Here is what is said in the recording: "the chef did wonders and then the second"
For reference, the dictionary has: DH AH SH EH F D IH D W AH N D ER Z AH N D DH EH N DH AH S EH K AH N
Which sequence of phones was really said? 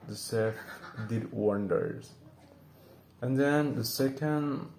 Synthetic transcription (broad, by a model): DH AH S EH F D IH D W AH N D ER Z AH N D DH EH N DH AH S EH K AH N